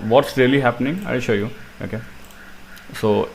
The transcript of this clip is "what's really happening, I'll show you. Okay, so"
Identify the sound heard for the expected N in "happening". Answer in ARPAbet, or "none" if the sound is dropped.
N